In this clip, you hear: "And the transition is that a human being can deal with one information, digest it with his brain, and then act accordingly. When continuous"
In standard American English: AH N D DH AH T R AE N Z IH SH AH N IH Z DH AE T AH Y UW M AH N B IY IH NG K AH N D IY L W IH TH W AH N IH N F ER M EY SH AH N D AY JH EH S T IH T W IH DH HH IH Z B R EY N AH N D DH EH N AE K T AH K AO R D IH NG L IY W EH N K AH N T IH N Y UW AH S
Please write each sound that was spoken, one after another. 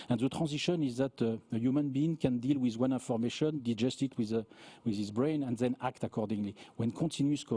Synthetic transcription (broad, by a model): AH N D DH AH T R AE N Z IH SH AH N IH Z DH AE T AH Y UW M AH N B IY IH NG K AH N D IY L W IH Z W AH N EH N F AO M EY SH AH N D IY JH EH S T IH T W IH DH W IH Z B R EY N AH N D DH EH N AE K T AH K AO R D IH NG L IY W EH N K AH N T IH N Y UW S